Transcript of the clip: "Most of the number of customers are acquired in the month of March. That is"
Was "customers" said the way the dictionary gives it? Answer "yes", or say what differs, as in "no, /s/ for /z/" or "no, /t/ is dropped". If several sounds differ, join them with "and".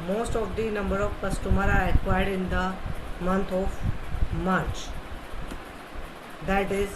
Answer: no, /z/ is dropped